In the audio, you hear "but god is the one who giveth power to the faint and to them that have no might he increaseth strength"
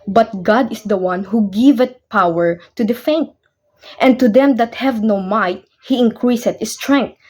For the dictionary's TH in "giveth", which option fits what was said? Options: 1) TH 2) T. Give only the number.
2